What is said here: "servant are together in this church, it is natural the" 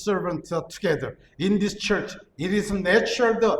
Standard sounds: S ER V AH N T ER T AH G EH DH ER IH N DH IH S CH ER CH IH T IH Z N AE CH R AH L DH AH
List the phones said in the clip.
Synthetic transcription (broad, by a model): S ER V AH N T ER T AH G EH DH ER IH N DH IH S CH ER CH IH T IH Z N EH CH AH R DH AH